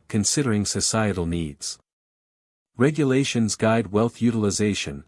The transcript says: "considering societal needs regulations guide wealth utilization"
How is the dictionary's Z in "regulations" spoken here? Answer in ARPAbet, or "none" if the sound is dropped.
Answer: Z